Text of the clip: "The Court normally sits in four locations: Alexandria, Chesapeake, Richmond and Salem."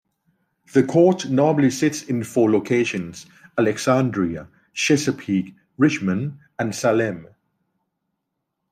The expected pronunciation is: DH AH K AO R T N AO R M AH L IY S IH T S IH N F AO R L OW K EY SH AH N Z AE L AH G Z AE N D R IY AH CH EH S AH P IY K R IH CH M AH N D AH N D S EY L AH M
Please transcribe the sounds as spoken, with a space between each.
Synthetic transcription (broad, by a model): DH AH K AO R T N AO M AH L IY S IH T S IH N F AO L OW K EY SH AH N Z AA L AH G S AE N D R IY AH SH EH S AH P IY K R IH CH M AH N AH N S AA L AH M